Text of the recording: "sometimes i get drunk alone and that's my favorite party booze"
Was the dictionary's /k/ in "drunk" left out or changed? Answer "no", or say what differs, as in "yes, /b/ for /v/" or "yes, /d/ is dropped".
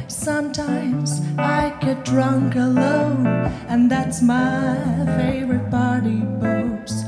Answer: no